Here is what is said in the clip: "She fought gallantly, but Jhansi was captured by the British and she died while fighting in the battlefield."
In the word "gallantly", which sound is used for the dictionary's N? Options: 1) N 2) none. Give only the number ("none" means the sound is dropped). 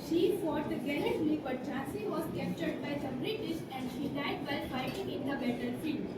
2